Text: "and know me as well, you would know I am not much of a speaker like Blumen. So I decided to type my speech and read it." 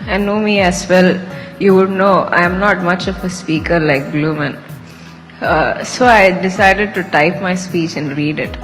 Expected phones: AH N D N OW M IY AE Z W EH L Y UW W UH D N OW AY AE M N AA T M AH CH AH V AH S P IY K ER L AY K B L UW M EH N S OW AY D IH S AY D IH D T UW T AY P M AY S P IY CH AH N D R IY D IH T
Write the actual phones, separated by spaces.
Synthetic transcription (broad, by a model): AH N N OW M IY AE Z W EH L Y UW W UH D N OW AY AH M N AA T M AH CH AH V AH S P IY K ER L AY K B L UW M EH N S OW AY D IH S AY D IH D T UW T AY P M AY S P IY CH AH N D R IY D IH T